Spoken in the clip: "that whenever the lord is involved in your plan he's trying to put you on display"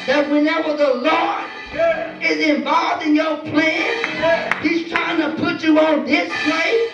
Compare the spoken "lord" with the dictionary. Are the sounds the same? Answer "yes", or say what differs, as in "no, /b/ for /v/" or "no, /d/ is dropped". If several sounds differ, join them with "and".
no, /d/ is dropped